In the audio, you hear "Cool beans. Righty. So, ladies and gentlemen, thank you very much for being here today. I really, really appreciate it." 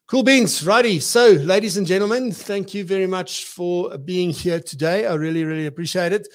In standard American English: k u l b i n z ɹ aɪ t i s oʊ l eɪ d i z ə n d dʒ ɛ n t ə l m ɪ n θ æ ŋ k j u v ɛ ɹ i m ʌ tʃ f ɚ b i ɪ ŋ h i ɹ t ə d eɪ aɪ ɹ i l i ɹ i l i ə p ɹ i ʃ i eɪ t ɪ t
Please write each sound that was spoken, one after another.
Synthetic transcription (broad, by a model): k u l b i n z ɹ aɪ t i s oʊ l eɪ d i z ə n dʒ ɛ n t l m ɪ n θ æ ŋ k j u v ɛ ɹ i m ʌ tʃ f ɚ b i ɪ ŋ h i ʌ t ə d eɪ aɪ ɹ i l i ɹ i l i ə p ɹ i ʃ i eɪ t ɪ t